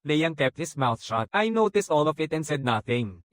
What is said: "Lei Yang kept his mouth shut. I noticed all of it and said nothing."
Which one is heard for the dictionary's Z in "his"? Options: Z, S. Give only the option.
S